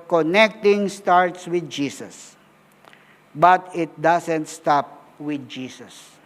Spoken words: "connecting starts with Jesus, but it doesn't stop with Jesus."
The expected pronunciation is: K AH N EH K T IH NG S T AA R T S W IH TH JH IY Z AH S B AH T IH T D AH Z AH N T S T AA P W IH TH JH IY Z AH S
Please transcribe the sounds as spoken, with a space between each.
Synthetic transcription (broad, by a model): K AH N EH K T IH NG S T AA R T S W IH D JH IY S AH S B AH T IH T D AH S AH N T S T AA P W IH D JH IY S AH S